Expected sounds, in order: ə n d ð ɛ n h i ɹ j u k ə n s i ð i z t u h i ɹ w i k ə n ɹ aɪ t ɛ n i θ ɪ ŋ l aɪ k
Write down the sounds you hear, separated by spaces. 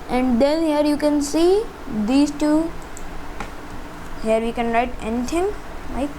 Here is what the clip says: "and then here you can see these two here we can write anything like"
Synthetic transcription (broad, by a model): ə n d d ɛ n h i ɹ j u k ə n s i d i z t u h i ɹ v i k ə n ɹ aɪ t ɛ n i t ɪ ŋ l aɪ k